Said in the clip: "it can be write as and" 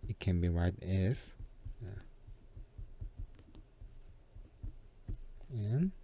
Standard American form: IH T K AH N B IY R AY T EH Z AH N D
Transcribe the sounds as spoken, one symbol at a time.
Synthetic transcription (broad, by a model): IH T K AH N B IY R AY T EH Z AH N